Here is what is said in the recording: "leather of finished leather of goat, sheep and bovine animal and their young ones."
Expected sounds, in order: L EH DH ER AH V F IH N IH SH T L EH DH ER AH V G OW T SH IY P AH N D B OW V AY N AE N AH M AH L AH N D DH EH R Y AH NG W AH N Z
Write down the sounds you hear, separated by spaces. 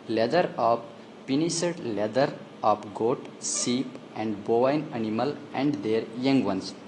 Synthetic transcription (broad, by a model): L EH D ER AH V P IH N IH S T L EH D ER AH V G OW T S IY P AH N D B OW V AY N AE N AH M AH L AH N D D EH R Y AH NG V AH N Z